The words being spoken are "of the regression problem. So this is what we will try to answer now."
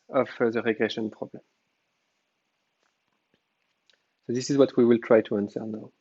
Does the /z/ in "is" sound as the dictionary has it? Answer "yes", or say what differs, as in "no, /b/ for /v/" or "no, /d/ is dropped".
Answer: yes